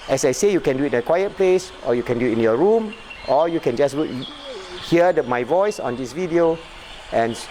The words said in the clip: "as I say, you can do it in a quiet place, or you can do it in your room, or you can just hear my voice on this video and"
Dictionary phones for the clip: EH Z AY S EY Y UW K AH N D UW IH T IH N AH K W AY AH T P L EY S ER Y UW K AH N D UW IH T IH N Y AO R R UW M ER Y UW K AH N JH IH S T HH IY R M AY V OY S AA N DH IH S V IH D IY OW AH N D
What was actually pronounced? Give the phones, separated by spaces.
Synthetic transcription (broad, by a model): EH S AY S EY Y UW K AH N D UW IH T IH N AH K W AY AH T P L EY S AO Y UW K AH N D UW IH T IH N Y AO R R UW M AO Y UW K AH N JH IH S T HH IY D M AY V OY S AA N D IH S V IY D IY OW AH N